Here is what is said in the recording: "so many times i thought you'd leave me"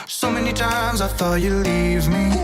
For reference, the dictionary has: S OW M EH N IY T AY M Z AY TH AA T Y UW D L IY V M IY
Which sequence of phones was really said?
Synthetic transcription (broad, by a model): S OW M EH N IY T AY M Z AY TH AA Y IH L IY V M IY